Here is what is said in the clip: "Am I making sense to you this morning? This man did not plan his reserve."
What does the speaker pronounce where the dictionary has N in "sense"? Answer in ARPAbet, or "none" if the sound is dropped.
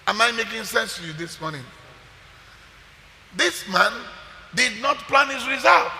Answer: N